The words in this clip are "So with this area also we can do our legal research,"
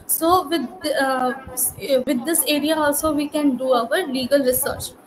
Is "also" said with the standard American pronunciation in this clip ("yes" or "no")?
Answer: yes